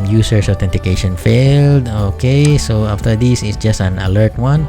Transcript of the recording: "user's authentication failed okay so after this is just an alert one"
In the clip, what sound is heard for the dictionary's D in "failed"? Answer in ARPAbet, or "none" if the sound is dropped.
D